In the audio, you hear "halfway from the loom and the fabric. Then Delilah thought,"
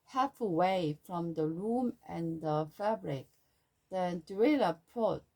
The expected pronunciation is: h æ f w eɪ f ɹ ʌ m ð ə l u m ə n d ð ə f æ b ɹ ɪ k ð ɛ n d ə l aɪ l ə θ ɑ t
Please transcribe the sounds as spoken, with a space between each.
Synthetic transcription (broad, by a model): h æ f w eɪ f ɹ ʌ m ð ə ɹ u m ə n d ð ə f æ b ɹ ɪ k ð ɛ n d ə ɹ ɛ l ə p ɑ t